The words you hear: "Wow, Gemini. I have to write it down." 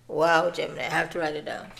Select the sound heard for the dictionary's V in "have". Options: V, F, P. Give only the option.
F